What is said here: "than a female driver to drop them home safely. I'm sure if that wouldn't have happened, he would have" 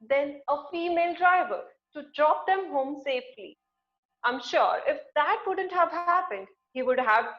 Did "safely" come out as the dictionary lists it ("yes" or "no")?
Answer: yes